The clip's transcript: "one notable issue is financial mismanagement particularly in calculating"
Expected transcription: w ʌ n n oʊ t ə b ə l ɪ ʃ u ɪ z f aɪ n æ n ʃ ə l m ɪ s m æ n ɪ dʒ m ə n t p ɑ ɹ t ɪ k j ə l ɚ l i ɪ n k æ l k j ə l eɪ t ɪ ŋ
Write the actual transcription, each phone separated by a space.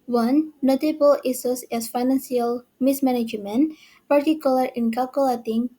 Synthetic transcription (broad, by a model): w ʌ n n oʊ t ə b ə l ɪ s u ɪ s f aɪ n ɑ n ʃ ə l m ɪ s m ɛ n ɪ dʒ m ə n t p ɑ ɹ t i k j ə l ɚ i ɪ n k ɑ l k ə l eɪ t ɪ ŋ